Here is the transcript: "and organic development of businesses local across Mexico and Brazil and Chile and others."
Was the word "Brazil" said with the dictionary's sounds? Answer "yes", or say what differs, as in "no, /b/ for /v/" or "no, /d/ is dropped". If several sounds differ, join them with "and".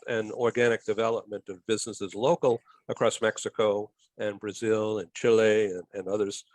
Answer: yes